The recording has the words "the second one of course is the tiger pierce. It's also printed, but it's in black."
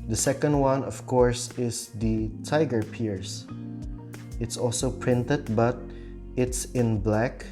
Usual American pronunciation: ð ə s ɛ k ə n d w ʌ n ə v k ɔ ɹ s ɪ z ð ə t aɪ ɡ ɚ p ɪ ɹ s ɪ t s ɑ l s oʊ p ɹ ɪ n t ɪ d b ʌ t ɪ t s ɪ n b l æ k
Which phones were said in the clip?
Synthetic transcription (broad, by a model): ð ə s ɛ k ə n d w ʌ n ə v k ɔ ɹ s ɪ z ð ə t aɪ ɡ ɚ p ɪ ɹ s ɪ t s ɑ l s oʊ p ɹ ɪ n t ɪ d b ʌ t ɪ t s ɪ n b l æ k